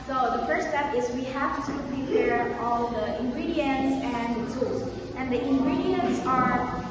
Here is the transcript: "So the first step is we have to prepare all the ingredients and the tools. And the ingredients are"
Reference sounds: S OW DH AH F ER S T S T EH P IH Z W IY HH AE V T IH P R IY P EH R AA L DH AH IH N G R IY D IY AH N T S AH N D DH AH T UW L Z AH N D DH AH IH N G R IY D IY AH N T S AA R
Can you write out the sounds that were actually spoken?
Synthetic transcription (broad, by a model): S OW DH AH F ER T S T EH P IH Z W IY HH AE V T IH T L IY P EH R AA L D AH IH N G R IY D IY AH N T S AH N D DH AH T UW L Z AH N D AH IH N G R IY D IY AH N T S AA R